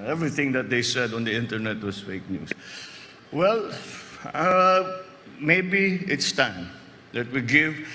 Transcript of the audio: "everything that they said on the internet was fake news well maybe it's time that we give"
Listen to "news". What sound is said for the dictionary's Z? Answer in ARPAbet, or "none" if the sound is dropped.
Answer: S